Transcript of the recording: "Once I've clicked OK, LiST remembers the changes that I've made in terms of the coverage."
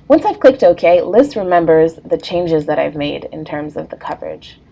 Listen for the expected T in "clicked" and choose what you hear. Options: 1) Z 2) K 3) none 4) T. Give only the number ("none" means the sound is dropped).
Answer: 4